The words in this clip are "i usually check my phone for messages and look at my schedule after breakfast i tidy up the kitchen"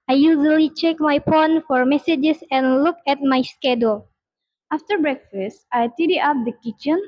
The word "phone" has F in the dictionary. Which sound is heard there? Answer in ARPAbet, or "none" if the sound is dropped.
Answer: P